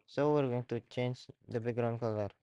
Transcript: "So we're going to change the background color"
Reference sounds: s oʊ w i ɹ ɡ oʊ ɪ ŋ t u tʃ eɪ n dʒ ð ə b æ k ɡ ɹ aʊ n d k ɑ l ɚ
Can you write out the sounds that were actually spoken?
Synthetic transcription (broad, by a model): s oʊ w i ɹ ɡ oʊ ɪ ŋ t u tʃ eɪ n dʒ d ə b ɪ ɡ ɹ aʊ n k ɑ l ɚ